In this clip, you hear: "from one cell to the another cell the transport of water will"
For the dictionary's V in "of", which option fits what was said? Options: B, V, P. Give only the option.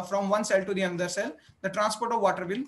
V